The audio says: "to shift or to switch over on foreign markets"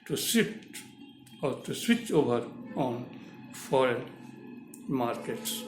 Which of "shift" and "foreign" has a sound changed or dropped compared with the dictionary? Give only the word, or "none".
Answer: shift